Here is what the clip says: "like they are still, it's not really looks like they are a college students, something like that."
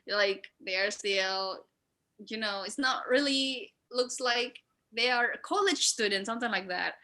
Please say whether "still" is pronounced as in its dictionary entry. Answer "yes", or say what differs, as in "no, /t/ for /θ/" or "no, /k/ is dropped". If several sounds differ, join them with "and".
no, /n/ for /l/